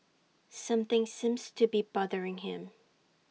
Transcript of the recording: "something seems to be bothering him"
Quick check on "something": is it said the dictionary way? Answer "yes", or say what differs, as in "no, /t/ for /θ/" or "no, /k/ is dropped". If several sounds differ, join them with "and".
yes